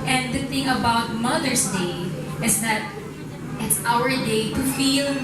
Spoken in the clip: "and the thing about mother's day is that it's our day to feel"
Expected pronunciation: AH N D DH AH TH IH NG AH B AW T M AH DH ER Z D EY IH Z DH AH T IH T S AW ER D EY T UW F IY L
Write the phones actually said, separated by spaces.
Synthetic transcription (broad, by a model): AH N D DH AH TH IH NG AH B AW T M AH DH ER S D EY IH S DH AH T IH T S AW ER D EY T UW F IY L